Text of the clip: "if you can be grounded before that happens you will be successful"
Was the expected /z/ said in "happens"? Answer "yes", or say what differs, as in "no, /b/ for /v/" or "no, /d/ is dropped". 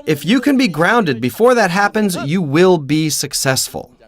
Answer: yes